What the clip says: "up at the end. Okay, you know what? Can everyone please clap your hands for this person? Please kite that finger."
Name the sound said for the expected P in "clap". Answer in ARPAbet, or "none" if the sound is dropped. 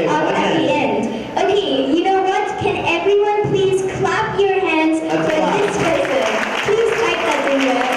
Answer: P